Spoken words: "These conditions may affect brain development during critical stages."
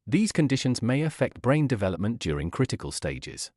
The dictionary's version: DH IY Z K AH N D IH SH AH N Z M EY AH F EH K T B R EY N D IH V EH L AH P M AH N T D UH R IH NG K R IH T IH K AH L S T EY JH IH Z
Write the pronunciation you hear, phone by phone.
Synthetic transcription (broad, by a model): DH IY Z K AH N D IH SH AH N Z M EY AH F EH K T B R EY N D IH V EH L AH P M AH N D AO R IH NG K R IH T IH K AH L S T EY JH IH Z